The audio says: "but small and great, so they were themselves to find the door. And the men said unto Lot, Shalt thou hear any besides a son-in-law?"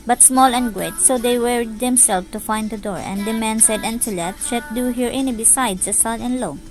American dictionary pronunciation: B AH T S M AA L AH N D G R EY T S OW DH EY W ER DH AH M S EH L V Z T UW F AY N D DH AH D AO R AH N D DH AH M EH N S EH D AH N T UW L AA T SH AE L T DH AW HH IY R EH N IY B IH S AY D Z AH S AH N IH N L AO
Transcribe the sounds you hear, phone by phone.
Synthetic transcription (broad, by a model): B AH T S M AA L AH N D G R EY T S OW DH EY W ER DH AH M S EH L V T UW F AY N D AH D AO R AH N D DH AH M EH N S EH D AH N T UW L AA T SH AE T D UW HH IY R EH N IY B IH S AY D S AH S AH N IH N L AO